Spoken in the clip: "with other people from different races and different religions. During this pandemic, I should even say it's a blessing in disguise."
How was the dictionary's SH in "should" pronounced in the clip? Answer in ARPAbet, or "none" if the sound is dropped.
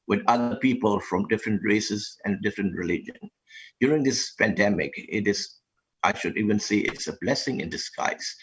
SH